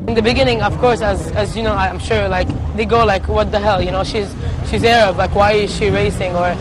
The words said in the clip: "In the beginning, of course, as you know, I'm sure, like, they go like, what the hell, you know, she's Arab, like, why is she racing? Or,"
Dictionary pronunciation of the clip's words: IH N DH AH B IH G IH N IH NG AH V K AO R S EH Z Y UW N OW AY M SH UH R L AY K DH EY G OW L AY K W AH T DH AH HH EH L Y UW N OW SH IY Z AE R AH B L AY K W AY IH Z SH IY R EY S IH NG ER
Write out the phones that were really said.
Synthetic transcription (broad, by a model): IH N DH AH B IH G IH N IH NG AH V K AO R S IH Z Y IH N OW AY M SH UH R L AY K DH EY G OW L AY K W AH T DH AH HH EH L Y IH N OW SH IY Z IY R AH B L AY K W AY IH Z SH IY R EY S IH NG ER